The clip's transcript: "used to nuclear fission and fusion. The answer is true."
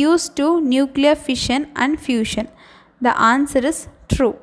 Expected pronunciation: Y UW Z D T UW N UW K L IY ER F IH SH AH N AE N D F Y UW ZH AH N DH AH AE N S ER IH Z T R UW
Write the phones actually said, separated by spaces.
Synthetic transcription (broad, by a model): Y UW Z T UW N UW K L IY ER F IH SH AH N AE N D F Y UW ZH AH N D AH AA N S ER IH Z T R UW